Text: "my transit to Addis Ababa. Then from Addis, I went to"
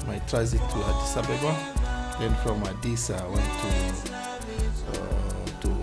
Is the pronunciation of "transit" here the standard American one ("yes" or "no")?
no